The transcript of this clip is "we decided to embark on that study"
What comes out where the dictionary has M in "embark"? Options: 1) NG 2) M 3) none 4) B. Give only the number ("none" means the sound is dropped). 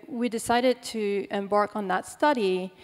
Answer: 2